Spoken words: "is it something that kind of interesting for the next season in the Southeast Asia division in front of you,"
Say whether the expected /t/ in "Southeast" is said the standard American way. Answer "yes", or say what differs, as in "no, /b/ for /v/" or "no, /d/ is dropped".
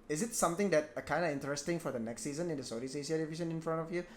no, /t/ is dropped